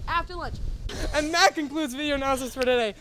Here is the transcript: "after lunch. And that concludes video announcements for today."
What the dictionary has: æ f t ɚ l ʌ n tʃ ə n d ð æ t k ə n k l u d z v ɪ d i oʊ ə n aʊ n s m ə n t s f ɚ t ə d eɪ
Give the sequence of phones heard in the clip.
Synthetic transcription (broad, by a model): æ f t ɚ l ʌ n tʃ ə n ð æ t k ə n k l u d z v ɪ d i oʊ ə n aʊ s ə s f ɚ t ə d eɪ